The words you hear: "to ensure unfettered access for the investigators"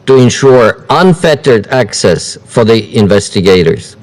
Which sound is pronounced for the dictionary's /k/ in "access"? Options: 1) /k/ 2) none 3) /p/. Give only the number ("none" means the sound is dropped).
1